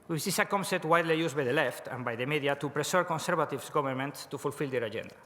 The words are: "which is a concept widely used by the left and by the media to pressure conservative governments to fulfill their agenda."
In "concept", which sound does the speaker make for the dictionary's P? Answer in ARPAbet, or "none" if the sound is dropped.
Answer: none